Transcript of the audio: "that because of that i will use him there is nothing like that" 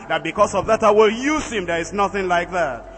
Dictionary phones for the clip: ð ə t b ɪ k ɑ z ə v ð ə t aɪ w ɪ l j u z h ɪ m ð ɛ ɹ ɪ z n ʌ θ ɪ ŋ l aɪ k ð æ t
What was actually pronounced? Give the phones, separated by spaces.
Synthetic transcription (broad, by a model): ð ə t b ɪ k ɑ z ə v ð ə t aɪ w ɪ l j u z h ɪ m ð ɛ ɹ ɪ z n ʌ θ ɪ ŋ l aɪ k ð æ t